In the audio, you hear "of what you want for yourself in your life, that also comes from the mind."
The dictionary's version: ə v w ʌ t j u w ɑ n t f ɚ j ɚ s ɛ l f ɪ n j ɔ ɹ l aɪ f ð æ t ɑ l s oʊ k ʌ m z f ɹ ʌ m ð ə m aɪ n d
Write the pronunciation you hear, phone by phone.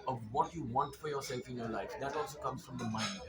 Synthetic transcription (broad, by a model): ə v w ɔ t j u w ɑ n t f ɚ j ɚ s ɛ l f ɪ n j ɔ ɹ l aɪ f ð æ t ɑ l s oʊ k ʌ m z f ɹ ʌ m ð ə m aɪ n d